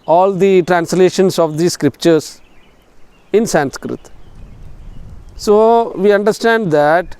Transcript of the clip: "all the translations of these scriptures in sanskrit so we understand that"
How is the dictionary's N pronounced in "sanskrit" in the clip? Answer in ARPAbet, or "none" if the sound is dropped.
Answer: N